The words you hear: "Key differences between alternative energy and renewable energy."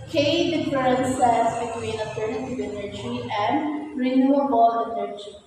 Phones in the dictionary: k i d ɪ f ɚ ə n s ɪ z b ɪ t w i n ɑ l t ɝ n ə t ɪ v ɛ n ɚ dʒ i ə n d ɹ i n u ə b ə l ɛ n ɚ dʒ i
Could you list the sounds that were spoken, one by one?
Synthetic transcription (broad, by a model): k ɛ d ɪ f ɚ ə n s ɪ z b ɪ t w i n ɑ t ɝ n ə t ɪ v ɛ n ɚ dʒ i ə n d ɹ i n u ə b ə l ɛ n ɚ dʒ i